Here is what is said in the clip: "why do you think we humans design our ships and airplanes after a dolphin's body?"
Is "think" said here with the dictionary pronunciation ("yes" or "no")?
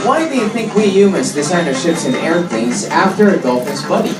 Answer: yes